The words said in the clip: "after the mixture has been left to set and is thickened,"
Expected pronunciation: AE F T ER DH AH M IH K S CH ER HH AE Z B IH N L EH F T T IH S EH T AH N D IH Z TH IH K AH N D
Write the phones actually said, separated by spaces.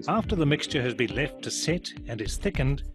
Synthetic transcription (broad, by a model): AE F T ER DH AH M IH K S CH ER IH Z B IH N L EH F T T IH S EH T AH N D IH Z TH IH K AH N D